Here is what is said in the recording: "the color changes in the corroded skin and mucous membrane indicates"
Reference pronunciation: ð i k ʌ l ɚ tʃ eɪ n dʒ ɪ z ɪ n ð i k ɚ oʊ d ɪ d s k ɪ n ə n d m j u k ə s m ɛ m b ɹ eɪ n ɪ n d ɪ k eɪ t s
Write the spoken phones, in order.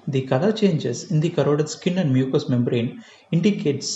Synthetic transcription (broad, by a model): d i k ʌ l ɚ tʃ eɪ n dʒ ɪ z ɪ n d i k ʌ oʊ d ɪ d s k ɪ n ə n d m j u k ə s m ɛ m b ɹ eɪ n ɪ n d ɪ k eɪ t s